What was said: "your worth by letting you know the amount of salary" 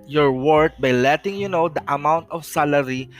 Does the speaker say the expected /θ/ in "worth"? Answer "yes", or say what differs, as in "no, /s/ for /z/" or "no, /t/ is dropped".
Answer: no, /t/ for /θ/